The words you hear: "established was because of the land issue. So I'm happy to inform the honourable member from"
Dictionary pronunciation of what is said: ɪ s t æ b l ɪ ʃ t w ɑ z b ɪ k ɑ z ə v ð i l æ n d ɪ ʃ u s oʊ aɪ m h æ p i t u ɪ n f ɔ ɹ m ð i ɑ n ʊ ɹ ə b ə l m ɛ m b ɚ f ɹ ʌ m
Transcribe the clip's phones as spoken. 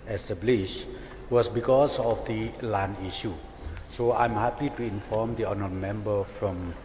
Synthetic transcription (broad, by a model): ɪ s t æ b l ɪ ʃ w ɑ s b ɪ k ɑ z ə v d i l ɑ n i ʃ u s oʊ aɪ m h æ p i t u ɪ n f ɔ m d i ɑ n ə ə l m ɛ m b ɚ f ɹ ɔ m